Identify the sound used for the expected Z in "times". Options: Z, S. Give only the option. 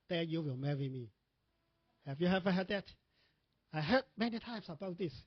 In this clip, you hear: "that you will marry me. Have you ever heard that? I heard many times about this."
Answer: S